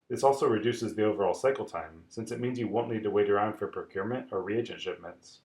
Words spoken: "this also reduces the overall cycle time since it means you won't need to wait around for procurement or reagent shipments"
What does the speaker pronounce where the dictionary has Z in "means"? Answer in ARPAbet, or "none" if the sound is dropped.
Z